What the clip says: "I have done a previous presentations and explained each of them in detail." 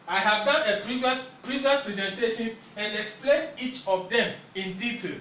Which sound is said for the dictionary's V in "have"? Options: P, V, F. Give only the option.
V